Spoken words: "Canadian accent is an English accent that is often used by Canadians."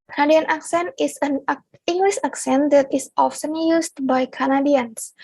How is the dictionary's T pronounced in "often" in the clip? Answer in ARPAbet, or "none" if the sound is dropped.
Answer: S